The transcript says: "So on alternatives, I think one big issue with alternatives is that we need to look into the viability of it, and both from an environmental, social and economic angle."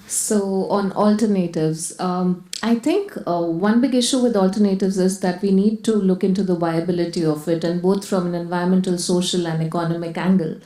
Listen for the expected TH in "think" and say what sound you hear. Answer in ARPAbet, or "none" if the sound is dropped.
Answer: T